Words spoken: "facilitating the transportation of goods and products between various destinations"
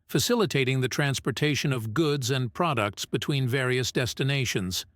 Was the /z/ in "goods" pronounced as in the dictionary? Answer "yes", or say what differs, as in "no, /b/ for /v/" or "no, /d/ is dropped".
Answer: yes